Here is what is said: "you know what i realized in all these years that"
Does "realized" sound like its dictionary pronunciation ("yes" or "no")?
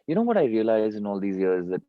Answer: no